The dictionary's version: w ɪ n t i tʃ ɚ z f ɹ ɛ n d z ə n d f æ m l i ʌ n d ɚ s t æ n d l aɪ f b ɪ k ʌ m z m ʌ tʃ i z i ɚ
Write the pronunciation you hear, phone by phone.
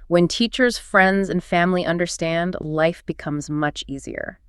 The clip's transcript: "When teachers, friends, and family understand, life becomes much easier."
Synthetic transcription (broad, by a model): w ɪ n t i tʃ ɚ z f ɹ ɛ n d z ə n f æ m l i ʌ n d ɚ s t æ n d l aɪ f b ɪ k ʌ m z m ʌ tʃ i z i ɚ